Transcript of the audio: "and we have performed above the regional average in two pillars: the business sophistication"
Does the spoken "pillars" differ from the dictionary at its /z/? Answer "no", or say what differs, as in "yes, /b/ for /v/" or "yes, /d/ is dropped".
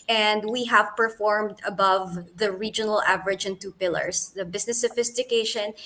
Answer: yes, /s/ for /z/